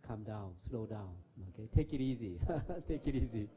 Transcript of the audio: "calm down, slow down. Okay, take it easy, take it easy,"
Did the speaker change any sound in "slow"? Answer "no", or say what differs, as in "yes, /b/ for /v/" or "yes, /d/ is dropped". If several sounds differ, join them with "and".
no